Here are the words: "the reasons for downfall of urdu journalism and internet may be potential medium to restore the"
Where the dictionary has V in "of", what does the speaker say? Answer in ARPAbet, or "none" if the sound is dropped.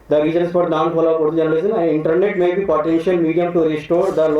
P